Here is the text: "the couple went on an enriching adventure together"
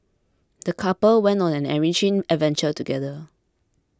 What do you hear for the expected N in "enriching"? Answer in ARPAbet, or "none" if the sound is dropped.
none